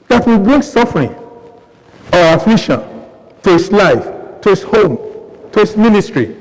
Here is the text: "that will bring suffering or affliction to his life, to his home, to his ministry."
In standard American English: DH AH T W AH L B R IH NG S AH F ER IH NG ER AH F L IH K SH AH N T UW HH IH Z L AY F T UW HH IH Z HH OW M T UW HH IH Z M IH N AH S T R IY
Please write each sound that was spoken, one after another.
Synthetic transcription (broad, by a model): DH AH T W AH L B R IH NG S AH F ER IH NG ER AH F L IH SH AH N T UW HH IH S L AY F T UW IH S HH OW M T UW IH S M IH N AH S T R IY